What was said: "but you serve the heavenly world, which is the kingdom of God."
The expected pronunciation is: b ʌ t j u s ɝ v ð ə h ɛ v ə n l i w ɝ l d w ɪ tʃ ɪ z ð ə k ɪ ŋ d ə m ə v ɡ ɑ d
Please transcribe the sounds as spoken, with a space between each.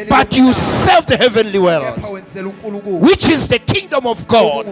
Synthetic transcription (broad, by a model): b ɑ t j u s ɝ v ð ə h ɛ v ə n l i w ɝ l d w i tʃ ɪ z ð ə k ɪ ŋ d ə m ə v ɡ ɑ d